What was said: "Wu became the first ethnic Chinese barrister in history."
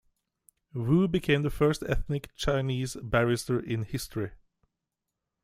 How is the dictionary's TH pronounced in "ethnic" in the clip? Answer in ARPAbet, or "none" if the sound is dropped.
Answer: TH